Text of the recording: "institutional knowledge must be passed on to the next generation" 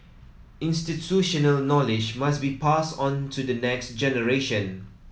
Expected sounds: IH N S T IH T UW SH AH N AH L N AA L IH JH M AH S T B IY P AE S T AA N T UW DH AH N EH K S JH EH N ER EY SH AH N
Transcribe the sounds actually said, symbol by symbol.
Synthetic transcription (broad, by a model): IH N S T IH T UW SH AH N AH L N AA L IH JH M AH S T B IY P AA S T AA N T UW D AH N EH K S JH EH N ER EY SH AH N